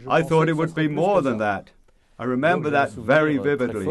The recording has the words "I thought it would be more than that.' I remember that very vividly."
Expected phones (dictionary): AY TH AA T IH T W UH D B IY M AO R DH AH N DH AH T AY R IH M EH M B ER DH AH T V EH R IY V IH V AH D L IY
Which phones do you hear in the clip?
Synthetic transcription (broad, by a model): AY TH AA T IH T W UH D B IY M AO R DH AH N DH AH T AY R IH M EH M B ER DH AH T V EH R IY V IH V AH D L IY